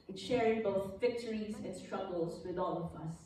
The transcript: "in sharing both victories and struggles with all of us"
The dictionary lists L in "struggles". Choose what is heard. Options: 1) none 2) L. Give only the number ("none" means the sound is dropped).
2